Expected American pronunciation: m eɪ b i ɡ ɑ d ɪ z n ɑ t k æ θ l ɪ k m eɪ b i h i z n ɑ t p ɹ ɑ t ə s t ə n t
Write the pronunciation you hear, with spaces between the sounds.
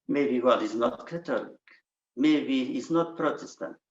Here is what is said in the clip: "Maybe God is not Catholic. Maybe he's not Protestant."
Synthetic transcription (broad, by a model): m eɪ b i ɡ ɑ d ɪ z n ɑ t k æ t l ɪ k m eɪ b i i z n ɑ t p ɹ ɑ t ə s t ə n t